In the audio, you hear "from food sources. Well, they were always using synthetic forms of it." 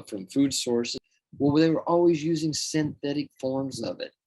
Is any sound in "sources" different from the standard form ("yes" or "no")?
yes